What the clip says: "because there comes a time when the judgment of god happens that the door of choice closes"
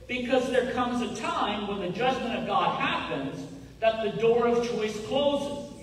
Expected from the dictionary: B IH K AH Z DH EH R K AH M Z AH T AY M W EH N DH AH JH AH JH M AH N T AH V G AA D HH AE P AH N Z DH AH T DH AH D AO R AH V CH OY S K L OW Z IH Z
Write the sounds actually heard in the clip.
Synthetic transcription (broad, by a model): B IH K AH Z DH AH R K AH M Z AH T AY M W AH N DH AH JH AH JH M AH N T AH V G AA D HH AE P AH N Z DH AH T DH AH D AO R AH V CH OY S K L OW Z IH